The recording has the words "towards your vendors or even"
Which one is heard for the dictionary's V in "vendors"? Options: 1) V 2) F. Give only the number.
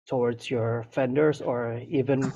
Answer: 2